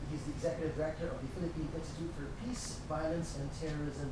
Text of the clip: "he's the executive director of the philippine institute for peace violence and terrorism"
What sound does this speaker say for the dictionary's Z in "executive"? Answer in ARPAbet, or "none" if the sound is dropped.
Z